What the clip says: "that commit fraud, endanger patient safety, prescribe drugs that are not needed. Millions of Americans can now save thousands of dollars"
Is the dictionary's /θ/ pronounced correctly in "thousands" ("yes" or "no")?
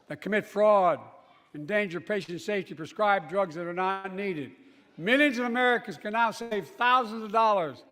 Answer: yes